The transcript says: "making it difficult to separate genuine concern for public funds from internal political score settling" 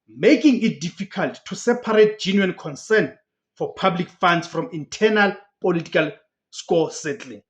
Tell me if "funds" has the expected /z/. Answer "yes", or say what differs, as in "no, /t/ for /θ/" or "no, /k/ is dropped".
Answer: no, /s/ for /z/